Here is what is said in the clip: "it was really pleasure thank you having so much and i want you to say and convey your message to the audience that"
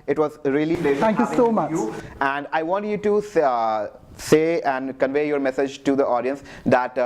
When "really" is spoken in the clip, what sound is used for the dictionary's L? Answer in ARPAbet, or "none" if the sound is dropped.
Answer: none